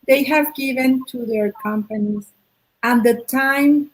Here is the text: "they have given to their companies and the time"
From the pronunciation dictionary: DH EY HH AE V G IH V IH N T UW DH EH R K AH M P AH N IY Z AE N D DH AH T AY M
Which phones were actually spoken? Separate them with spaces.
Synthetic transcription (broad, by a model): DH EY HH AE V G IH V IH N T UW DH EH R K AH M P AH N IY Z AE N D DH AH T AY M